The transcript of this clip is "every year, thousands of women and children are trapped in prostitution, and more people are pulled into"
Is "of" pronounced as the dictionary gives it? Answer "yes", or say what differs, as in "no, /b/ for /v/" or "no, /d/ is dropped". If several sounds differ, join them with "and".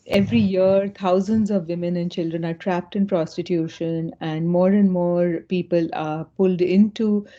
yes